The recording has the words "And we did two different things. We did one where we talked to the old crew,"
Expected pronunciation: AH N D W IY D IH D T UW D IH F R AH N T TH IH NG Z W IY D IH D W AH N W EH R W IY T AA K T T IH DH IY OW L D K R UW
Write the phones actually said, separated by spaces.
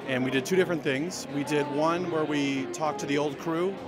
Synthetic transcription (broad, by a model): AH N W IY D IH D T UW D IH F R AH N TH IH NG Z W IY D IH D W AH N W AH R W IY T AA K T T IH DH IY OW L D K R UW